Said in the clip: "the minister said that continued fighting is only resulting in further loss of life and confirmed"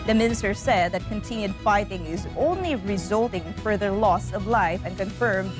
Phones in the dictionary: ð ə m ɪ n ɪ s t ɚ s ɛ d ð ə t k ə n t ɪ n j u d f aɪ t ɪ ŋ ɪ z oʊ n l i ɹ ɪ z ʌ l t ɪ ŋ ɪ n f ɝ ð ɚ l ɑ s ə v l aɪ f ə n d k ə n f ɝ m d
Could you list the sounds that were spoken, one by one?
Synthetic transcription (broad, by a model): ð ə m ɪ n ɪ s t ɚ s ɛ d ð ə t k ə n t ɪ n j u d f aɪ t ɪ ŋ ɪ z oʊ n l i ɹ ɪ z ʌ l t ɪ ŋ f ɝ ð ɚ l ɑ s ə v l aɪ f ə n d k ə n f ɝ m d